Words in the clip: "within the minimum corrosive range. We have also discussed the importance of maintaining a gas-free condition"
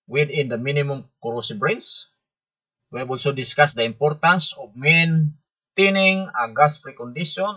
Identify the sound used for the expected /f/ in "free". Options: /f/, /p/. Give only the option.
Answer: /p/